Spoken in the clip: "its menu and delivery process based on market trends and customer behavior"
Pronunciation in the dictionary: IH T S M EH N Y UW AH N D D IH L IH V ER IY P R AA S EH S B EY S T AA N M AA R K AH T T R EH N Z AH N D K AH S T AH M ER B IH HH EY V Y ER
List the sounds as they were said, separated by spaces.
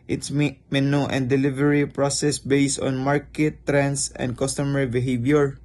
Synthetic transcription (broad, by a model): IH T S M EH N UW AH N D D IH L IH V ER IY P R AA S EH S B EY S T AA N M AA R K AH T T R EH N S AH N D K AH S T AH M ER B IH HH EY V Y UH